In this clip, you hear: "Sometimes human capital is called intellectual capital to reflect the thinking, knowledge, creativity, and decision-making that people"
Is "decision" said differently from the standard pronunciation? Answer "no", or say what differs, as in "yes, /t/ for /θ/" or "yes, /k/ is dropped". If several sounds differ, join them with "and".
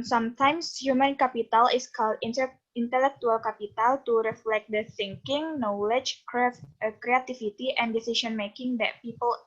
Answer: yes, /s/ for /ʒ/